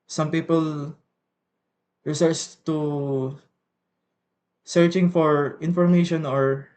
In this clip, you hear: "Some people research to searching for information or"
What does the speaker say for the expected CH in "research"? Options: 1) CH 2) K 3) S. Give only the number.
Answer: 3